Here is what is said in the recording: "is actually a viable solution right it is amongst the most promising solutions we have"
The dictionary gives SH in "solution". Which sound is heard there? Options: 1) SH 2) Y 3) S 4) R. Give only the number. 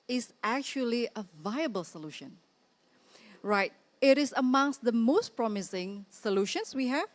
1